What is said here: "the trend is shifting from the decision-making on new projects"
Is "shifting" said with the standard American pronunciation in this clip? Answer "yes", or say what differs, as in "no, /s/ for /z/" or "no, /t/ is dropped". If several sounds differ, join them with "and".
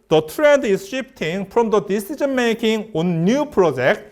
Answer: no, /p/ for /f/